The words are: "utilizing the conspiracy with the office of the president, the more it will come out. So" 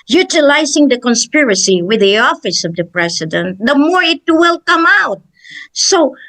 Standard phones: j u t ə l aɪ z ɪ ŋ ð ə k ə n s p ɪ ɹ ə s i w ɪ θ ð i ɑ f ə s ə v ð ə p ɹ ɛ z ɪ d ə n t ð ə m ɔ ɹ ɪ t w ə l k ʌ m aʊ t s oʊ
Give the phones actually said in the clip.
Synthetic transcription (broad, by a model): j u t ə l aɪ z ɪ ŋ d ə k ə n s p ɪ ɹ ə s i w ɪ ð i ɑ f ə s ə v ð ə p ɹ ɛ s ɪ d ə n t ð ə m ɔ ɹ ɪ t w ə l k ʌ m aʊ t s oʊ